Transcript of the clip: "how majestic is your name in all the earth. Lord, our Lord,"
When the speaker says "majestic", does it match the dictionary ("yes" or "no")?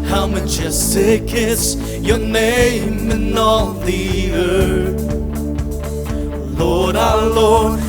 no